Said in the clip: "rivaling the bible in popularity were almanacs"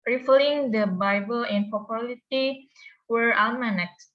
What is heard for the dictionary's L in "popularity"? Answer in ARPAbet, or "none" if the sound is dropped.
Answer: none